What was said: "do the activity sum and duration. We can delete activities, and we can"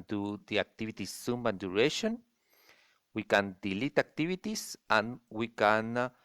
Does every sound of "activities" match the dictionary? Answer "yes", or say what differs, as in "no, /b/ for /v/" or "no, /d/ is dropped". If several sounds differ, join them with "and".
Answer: no, /s/ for /z/